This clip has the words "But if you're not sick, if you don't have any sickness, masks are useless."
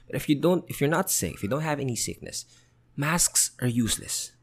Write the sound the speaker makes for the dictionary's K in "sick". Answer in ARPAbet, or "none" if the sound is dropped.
none